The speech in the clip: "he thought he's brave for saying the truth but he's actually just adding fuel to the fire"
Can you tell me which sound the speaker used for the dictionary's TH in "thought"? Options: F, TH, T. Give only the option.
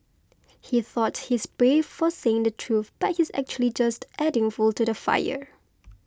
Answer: TH